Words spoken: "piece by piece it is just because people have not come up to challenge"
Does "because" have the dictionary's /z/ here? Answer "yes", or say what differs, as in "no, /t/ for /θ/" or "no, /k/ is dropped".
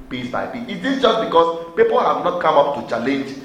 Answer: no, /s/ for /z/